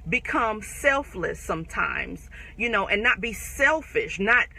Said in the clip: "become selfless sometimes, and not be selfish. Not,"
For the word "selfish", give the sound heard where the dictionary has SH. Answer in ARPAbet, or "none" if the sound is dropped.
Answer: SH